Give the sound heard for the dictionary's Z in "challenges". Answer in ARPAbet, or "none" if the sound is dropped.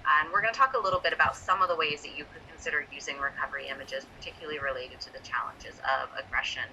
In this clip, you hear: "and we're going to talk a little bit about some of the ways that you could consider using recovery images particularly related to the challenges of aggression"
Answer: Z